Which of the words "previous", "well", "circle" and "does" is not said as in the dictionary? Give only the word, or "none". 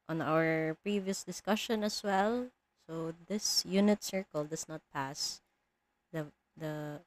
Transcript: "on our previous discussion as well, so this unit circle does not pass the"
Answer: does